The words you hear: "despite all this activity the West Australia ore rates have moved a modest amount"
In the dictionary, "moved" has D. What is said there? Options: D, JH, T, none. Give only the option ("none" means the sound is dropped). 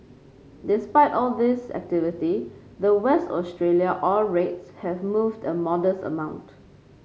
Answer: D